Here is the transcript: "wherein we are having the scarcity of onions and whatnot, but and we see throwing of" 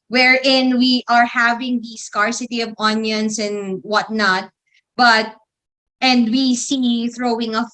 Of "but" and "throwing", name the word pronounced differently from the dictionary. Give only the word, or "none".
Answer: none